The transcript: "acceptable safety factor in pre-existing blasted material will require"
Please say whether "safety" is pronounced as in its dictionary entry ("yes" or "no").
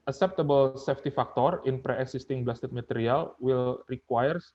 yes